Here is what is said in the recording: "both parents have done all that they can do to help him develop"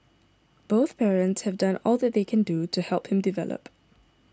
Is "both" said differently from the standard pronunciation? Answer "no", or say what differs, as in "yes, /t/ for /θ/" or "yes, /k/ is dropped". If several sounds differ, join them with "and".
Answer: no